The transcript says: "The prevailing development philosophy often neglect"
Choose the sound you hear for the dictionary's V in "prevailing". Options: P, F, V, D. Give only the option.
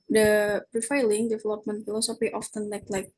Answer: F